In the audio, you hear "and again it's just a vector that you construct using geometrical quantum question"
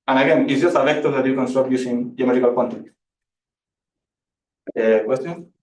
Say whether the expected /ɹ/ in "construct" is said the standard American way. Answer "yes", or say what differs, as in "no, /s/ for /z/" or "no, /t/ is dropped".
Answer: no, /ɹ/ is dropped